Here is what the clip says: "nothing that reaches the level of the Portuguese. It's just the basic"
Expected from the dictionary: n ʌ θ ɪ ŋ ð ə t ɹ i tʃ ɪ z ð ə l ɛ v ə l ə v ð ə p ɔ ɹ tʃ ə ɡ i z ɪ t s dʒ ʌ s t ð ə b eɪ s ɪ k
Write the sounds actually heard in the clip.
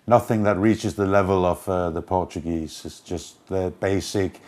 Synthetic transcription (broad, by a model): n ʌ θ ɪ ŋ ð ə t ɹ i tʃ ɪ z ð ə l ɛ v ə l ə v ð ə p ɔ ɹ tʃ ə ɡ i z ɪ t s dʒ ʌ s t ð ə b eɪ s ɪ k